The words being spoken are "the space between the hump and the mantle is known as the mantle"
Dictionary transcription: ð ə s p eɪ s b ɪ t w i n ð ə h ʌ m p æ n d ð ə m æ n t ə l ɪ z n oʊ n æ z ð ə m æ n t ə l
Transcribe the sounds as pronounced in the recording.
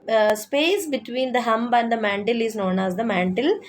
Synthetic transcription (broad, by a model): s p eɪ s b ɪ t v i n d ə h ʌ m b æ n d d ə m æ n t ə l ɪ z n oʊ n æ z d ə m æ n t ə l